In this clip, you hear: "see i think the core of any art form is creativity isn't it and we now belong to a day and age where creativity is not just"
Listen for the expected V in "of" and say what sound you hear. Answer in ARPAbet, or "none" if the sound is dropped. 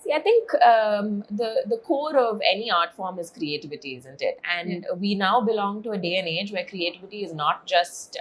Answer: V